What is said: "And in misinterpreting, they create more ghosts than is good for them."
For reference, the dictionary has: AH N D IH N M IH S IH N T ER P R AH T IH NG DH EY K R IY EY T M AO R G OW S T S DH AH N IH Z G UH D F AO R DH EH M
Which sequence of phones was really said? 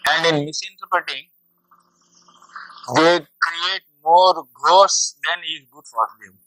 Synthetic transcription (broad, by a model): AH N D IH N M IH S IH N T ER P AH T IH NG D EY K R IY EY T M AO R G OW S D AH N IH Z G UH D F AO R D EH M